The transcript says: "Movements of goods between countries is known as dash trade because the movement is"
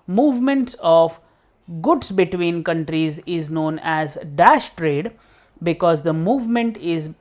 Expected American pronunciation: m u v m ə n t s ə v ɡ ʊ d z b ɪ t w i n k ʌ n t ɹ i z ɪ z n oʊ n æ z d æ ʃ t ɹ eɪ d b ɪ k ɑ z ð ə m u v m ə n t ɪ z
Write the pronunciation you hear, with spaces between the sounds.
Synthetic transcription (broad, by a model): m u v m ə n t s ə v ɡ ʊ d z b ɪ t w i n k ʌ n t ɹ i z ɪ z n oʊ n æ z d æ ʃ t ɹ eɪ d b ɪ k ɑ z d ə m u v m ə n t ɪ z